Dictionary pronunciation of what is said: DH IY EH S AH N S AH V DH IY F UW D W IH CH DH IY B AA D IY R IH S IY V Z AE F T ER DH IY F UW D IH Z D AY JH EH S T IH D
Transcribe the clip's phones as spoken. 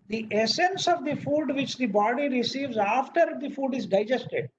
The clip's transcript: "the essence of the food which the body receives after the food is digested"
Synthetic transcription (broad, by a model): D IY EH S AH N S AH V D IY F UW D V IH CH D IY B AA D IY R IH S IY V Z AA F T ER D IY F UW D IH Z D AY JH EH S T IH D